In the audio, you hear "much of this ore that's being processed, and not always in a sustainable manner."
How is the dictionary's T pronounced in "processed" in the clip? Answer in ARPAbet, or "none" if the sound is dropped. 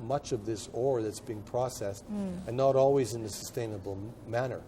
T